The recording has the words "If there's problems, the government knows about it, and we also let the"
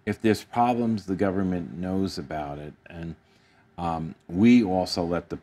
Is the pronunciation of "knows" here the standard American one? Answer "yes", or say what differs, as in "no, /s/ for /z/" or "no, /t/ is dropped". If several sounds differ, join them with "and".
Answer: yes